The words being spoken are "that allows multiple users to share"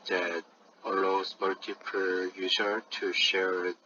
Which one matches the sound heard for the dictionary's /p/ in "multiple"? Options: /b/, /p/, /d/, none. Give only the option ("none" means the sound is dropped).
/p/